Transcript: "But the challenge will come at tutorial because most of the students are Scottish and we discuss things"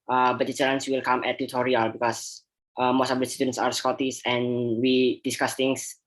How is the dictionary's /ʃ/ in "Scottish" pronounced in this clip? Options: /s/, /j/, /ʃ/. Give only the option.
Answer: /s/